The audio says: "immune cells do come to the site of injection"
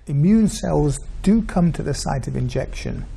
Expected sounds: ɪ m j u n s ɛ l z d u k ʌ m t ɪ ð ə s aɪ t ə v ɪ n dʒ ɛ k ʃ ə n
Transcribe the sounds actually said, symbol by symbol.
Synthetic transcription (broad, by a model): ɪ m j u n s ɛ l z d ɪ k ʌ m t ɪ ð ə s aɪ t ə v ɪ n dʒ ɛ k ʃ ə n